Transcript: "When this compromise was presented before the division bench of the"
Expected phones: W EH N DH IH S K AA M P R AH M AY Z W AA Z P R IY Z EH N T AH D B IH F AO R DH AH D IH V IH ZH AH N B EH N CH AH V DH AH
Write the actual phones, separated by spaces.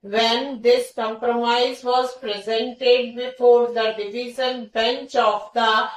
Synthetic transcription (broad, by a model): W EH N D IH S K AA M P R AH M AY Z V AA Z P R IY Z EH N T AH D B IH F AO R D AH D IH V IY Z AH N B EH N CH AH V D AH